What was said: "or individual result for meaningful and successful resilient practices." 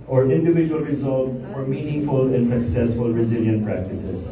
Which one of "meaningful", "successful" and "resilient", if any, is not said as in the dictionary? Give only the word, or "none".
none